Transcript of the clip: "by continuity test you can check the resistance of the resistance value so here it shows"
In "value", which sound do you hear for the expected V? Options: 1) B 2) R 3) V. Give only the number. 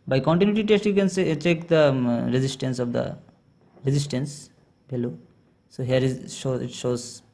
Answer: 1